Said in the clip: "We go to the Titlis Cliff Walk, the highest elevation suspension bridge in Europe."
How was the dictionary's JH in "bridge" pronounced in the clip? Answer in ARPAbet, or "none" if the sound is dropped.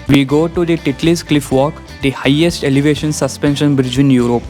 JH